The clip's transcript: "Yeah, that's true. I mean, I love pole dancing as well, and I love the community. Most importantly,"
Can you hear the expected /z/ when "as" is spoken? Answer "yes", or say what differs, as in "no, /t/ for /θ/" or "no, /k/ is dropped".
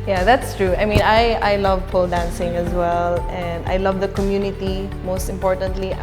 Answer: yes